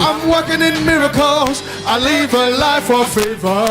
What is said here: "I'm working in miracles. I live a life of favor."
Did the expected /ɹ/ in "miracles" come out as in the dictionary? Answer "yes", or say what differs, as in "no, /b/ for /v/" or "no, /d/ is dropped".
yes